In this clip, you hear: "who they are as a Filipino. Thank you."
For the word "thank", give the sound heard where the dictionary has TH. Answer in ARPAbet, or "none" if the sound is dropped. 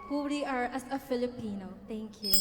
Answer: T